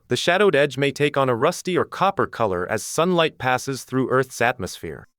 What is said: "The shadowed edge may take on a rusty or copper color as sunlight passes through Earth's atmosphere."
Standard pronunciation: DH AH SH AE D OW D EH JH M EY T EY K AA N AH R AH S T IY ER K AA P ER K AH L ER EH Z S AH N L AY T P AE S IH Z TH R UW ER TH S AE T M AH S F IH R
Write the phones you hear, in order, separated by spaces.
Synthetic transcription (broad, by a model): DH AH SH AE D OW D EH JH M EY T EY K N AH R AH S T IY ER K AA P ER K AH L ER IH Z S AH N L AY T P AE S IH Z TH R UW ER TH S AE T M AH S F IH R